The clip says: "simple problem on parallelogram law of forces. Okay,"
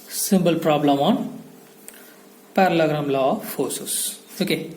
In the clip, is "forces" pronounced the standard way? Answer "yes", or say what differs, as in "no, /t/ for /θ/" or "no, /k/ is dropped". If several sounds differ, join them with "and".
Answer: no, /s/ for /z/